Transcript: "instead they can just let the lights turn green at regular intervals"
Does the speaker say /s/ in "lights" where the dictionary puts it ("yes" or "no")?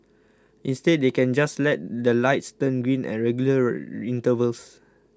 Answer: yes